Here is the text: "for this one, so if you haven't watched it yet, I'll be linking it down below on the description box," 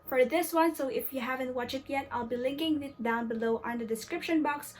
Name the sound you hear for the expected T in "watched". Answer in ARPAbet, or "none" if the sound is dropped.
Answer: none